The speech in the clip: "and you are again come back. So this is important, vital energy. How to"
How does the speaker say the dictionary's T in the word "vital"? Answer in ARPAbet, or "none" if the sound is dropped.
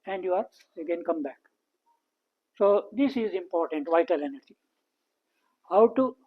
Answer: T